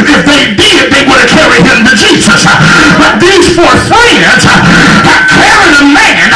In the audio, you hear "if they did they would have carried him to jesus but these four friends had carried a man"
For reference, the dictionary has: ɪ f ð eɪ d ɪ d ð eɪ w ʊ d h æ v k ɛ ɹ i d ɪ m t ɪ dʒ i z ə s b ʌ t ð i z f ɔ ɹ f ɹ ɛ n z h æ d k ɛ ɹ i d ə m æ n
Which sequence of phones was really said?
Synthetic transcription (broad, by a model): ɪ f ð eɪ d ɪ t ð eɪ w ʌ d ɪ k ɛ ɹ i ɪ m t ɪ dʒ i z ə s b ʌ t ð i z f ɔ ɹ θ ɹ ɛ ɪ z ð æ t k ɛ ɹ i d ə m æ n